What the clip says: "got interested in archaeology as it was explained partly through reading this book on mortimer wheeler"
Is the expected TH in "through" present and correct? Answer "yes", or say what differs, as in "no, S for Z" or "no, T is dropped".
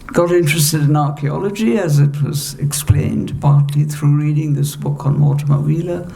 yes